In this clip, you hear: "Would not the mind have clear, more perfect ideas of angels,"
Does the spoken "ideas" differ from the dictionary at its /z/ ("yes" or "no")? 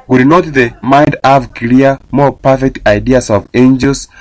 yes